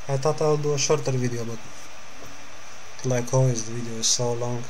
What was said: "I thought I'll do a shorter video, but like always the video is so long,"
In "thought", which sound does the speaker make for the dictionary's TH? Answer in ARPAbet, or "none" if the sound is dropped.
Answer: T